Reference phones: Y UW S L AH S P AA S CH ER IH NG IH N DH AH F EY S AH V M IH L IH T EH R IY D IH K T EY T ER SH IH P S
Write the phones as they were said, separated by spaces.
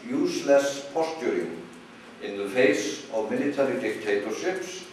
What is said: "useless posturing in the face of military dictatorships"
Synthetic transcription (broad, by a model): Y UW S L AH S P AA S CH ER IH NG IH N DH AH F EY S AH V M IH L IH T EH R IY D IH K T EY T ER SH IH P S